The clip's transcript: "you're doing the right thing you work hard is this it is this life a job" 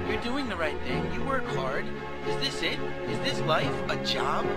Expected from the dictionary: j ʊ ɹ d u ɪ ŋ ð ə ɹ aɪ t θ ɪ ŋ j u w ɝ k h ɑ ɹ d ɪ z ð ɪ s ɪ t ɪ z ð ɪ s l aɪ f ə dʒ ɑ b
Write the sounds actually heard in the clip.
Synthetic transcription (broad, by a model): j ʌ ɹ d u ɪ ŋ ð ə ɹ aɪ t θ ɪ ŋ j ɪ w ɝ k h ɑ ɹ d ɪ z ð ɪ s ɪ t ɪ z ð ɪ s l aɪ f ə dʒ ɑ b